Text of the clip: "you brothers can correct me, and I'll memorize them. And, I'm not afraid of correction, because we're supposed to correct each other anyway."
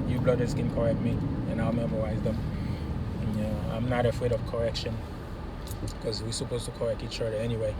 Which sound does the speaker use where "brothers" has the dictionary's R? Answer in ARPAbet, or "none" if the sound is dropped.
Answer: L